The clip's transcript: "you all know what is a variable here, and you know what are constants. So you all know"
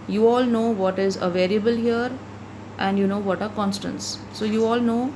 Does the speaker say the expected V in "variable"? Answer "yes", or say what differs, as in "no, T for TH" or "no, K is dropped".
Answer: yes